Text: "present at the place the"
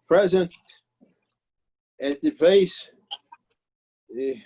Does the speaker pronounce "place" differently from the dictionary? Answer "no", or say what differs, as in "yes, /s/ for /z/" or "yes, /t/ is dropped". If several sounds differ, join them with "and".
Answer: yes, /l/ is dropped